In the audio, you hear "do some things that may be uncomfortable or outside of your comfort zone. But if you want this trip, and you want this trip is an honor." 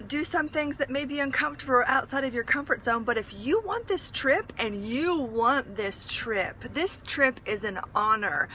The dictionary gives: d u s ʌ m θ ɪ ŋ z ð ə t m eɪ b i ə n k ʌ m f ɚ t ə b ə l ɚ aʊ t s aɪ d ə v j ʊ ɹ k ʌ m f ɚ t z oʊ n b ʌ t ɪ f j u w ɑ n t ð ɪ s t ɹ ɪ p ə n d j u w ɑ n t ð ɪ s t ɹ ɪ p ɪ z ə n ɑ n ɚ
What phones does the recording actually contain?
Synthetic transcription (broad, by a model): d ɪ s ʌ m θ ɪ ŋ z ð ə t m eɪ b i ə n k ʌ m f t ə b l aʊ t s aɪ d ə v j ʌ ɹ k ʌ m f ɚ t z oʊ n b ʌ t ɪ f j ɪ w ɑ n ð ɪ s t ɹ ɪ p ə n j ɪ w ɑ n t ð ɪ s t ɹ ɪ p ɪ z ə n ɑ n ɚ